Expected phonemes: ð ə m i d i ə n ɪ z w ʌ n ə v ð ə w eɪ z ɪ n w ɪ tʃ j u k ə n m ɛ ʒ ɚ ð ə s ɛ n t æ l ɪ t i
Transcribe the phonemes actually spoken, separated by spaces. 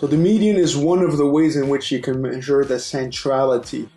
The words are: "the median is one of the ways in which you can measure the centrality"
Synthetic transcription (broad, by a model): ð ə m i d i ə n ɪ z w ʌ n ə v ð ə w eɪ z ɪ n w ɪ tʃ j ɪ k ə n m ɛ ʒ ɚ ð ə s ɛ n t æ l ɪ t i